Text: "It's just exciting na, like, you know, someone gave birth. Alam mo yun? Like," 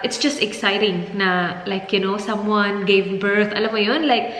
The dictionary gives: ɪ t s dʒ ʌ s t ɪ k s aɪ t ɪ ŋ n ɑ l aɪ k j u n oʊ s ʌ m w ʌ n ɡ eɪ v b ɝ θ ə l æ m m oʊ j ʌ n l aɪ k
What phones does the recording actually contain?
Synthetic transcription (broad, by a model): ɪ t s dʒ ʌ s t ɪ k s aɪ t ɪ ŋ n ɑ l aɪ k j u n oʊ s ʌ m w ʌ n ɡ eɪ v b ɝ t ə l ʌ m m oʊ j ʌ n l aɪ k